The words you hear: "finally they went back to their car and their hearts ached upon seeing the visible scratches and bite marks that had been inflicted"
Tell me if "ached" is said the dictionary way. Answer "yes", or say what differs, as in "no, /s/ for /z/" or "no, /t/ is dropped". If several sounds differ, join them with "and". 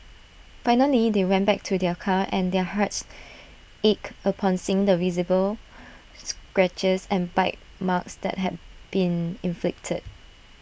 no, /t/ is dropped